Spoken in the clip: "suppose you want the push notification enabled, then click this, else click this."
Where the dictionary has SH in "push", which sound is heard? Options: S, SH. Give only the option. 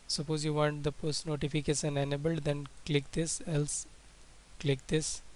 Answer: S